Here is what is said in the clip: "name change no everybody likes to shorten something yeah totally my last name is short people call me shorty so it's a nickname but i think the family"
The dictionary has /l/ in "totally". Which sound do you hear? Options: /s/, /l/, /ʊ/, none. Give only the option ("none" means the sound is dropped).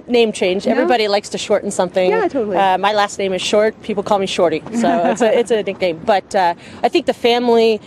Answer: none